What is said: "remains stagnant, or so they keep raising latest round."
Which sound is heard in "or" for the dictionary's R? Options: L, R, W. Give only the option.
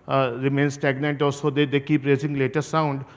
L